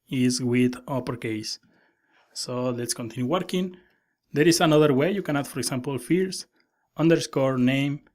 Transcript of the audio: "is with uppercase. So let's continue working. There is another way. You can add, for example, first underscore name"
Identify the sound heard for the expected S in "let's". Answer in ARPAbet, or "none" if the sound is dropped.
S